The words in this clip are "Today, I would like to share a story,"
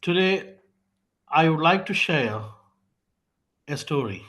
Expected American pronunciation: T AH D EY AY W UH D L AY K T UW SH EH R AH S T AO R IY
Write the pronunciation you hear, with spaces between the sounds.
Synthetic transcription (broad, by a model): T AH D EY AY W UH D L AY K T UW SH EH R AH S T AO R IY